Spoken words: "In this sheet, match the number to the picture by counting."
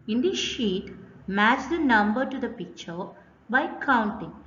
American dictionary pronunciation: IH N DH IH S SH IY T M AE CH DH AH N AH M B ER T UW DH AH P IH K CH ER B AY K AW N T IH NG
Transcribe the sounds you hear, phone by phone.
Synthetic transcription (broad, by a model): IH N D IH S SH IY T M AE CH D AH N AH M B ER T UW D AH P IH K CH ER B AY K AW N T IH NG